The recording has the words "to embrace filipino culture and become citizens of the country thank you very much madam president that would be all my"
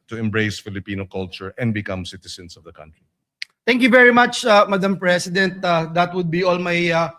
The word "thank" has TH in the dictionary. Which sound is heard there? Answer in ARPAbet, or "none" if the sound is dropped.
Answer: T